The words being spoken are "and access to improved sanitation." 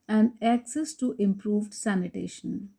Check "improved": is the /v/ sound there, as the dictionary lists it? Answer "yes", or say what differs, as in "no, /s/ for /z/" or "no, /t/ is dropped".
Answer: yes